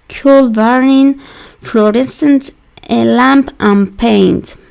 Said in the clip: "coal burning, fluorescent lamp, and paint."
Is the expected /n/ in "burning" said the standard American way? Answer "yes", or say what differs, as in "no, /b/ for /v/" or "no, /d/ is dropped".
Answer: no, /n/ is dropped